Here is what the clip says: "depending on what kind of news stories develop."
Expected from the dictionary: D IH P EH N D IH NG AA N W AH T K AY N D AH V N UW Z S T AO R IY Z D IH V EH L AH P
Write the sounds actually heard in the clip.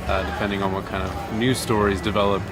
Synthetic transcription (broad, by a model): D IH P EH N D IH NG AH N W AH T K AY N D AH V N UW S T AO R IY Z D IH V EH L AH P